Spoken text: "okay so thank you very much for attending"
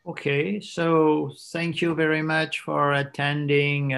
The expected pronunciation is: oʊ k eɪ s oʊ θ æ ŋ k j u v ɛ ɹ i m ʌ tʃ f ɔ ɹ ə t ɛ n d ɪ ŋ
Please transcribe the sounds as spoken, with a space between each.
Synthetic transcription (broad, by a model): oʊ k eɪ s oʊ θ æ ŋ k j u v ɛ ɹ i m ʌ tʃ f ɔ ɹ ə t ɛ n d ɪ ŋ